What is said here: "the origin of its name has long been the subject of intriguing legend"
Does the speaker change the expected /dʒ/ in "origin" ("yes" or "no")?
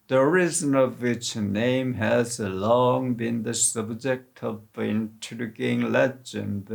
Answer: yes